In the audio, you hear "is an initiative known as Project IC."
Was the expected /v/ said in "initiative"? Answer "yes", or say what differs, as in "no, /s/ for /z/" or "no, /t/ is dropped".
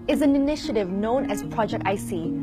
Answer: yes